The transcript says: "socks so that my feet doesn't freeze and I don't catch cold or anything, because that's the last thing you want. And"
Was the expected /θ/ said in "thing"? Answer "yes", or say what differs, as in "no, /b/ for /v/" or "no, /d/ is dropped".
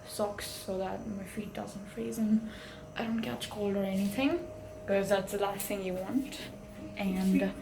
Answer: yes